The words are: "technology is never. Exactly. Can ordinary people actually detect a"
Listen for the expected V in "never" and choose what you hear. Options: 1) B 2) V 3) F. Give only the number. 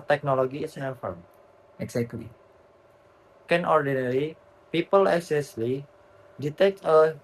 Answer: 3